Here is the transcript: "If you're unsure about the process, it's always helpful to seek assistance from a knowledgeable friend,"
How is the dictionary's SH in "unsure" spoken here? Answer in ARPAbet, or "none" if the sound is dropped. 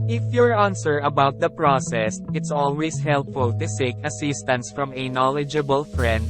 S